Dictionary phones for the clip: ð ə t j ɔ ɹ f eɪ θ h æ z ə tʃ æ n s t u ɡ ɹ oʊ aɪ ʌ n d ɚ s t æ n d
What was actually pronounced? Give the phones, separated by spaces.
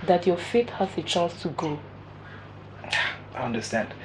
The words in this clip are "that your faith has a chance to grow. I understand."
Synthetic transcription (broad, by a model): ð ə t j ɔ f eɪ t h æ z ə tʃ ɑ n s t u ɡ oʊ aɪ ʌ n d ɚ s t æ n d